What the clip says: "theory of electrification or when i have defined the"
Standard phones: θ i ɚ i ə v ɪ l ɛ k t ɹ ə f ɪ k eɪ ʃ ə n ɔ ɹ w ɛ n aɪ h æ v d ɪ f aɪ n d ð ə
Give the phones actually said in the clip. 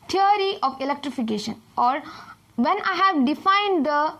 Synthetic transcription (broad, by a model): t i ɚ i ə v ɪ l ɛ k t ɹ ə f ɪ k eɪ ʃ ə n ɔ ɹ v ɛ n aɪ h æ v d ɪ f aɪ n d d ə